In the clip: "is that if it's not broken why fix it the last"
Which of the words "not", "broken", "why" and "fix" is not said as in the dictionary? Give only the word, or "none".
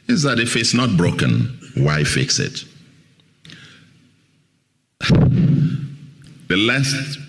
none